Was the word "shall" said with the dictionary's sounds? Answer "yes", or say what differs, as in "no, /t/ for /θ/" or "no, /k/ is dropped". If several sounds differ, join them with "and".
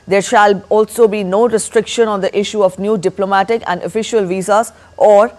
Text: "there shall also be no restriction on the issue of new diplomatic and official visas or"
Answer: yes